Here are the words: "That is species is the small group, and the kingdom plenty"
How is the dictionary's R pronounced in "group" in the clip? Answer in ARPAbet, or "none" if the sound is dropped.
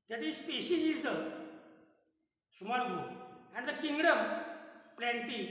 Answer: none